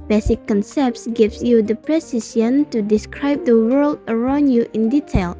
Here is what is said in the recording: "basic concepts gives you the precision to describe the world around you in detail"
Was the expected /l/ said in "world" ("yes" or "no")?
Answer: yes